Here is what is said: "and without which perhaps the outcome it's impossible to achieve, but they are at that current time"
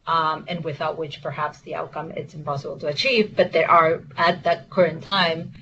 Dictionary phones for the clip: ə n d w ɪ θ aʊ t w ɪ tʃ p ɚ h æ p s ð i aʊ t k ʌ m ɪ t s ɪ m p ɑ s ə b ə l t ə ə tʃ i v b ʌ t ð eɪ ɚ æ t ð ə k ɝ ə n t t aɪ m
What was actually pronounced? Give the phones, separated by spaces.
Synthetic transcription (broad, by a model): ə n w ɪ θ aʊ t w ɪ tʃ p ɚ h æ p s ð i aʊ t k ʌ m ɪ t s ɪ m p ɑ s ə b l t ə ə tʃ i v b ʌ t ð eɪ ɚ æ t ð ə k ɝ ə n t t aɪ m